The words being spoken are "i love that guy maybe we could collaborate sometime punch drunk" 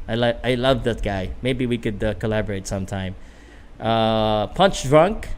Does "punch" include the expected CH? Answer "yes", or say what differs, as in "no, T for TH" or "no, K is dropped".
yes